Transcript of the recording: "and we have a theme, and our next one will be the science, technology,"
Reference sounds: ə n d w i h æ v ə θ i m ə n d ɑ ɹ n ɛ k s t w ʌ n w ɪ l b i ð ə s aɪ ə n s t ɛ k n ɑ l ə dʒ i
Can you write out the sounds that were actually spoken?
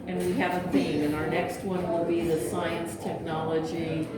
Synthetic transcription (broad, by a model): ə n w i h æ v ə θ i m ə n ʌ ɹ n ɛ k s t w ʌ n w ɪ l b i ð ə s aɪ ə n s t ɛ k n ɑ l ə dʒ i